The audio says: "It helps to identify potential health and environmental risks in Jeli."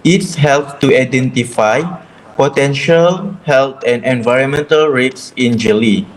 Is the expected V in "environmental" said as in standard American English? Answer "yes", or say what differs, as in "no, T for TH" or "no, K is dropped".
yes